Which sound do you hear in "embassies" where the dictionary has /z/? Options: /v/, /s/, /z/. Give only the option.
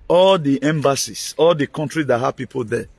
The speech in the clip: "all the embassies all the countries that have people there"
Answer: /s/